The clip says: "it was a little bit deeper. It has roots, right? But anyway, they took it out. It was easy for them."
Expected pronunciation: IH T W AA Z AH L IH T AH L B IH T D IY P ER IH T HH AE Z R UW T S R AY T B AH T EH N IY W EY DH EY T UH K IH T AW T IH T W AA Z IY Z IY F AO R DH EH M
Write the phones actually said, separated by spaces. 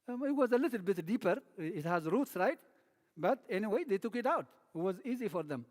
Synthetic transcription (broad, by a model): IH T W AA Z AH L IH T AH L B IH T D IY P ER IH T HH AE Z R UW T S R AY T B AH T EH N IY W EY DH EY T UH K IH T AW T IH T W AA Z IY Z IY F AO R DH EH M